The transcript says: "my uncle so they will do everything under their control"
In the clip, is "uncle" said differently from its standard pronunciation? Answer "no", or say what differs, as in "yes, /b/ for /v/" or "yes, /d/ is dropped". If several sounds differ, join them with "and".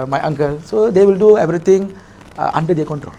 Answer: no